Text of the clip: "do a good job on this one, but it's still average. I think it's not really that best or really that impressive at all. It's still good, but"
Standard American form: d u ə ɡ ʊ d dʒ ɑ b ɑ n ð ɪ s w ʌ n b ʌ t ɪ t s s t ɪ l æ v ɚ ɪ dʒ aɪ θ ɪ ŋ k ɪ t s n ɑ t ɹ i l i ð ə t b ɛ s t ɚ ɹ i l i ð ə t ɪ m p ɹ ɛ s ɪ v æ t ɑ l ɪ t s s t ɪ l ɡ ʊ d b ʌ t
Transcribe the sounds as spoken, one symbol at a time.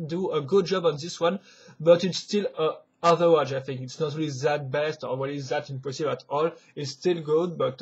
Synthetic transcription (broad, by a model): d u ə ɡ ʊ d dʒ ɑ b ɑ n ð ɪ s w ʌ n b ʌ t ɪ t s s t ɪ l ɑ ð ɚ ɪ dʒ aɪ θ ɪ ŋ k ɪ t s n ɑ t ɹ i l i ð ə t b ɛ s t ɚ w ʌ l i ð ə t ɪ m p ɔ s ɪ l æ t ɑ l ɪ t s s t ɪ l ɡ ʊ d b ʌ t